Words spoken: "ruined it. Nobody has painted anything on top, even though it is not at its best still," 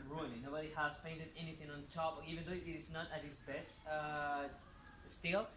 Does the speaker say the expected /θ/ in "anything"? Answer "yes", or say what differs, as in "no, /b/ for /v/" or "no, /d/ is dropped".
yes